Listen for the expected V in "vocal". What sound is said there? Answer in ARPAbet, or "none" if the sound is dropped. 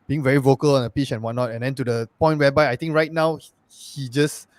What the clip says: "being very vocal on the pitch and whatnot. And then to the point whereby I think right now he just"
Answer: V